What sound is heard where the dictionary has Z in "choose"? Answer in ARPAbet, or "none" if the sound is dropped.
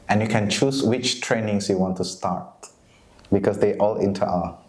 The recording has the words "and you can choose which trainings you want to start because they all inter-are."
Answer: S